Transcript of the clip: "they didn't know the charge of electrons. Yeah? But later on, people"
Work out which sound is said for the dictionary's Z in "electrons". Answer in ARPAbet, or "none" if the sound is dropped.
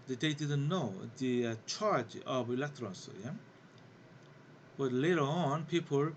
S